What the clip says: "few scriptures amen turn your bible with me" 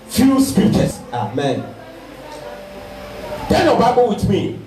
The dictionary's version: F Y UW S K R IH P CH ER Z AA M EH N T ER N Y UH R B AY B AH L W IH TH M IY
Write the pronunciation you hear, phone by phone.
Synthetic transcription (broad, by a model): F Y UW S K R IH P CH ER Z AA M EH N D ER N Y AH B AY B AH L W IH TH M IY